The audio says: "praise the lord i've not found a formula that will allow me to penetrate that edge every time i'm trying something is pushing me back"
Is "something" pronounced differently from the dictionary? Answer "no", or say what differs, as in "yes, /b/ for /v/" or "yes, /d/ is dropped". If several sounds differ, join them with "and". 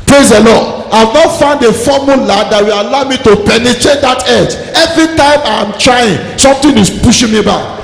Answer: yes, /t/ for /θ/